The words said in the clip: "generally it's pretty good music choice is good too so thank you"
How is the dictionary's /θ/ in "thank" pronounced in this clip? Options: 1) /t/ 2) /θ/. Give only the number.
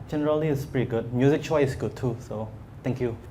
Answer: 1